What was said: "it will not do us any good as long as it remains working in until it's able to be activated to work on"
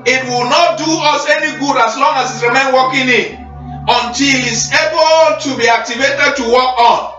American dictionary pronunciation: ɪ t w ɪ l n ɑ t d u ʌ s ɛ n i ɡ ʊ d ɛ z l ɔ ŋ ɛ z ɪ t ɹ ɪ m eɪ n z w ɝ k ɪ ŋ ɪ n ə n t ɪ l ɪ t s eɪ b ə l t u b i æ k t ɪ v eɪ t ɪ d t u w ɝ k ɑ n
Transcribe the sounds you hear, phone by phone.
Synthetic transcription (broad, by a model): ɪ t w ɪ l n ɑ t d u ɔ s ɛ n i ɡ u d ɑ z l ɔ ŋ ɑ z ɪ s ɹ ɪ m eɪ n w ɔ k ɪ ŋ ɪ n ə n t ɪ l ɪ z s eɪ b ə l t u b i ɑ k t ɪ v eɪ t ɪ d t u w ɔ k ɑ n